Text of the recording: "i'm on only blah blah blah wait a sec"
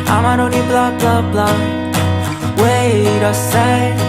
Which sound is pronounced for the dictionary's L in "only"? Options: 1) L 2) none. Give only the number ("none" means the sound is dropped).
2